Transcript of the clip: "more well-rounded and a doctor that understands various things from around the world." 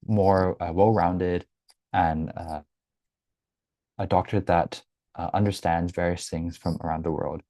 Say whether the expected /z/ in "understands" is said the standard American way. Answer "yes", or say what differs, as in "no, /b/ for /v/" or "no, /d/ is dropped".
yes